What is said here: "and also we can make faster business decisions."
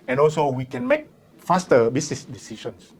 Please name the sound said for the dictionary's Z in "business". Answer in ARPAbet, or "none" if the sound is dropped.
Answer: S